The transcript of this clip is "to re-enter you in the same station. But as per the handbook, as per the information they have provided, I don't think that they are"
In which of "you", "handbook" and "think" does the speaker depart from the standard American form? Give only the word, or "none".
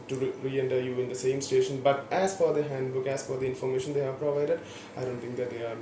think